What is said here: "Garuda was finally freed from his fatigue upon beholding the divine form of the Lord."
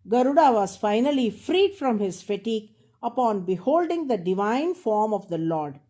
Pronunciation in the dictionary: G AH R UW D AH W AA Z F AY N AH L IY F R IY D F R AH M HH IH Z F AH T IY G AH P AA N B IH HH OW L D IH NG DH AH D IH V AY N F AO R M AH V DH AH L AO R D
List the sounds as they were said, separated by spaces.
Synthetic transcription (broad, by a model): G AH R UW D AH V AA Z F AY N AH L IY F R IY D F R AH M HH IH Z F AH T IY G AH P AA N B IH HH OW L D IH NG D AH D IH V AY N F AO R M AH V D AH L AO R D